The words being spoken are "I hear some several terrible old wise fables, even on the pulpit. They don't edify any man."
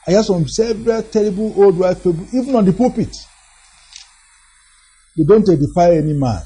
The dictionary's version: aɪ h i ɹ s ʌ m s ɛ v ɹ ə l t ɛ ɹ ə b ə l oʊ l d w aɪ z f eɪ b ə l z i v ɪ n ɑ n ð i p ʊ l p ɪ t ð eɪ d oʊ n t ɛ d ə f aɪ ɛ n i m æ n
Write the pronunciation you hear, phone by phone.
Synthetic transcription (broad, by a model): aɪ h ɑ s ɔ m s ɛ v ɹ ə t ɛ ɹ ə b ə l oʊ l d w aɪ f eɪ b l i v ɪ n ɑ n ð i p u p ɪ t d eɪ d oʊ n t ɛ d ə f aɪ ɛ n i m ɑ n